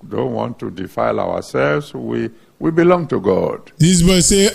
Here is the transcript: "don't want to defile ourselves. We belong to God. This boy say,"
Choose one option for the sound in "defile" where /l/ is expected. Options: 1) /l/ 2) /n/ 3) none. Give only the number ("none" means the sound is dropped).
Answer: 1